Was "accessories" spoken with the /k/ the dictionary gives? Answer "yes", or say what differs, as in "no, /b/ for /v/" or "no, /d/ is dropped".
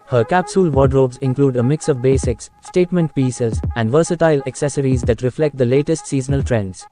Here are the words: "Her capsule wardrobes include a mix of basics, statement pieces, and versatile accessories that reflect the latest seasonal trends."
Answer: yes